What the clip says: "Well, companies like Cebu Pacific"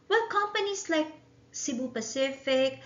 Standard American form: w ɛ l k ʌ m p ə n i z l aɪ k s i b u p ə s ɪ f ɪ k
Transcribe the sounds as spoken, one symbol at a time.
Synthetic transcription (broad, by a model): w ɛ k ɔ m p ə n i s l aɪ k s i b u p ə s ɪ f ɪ k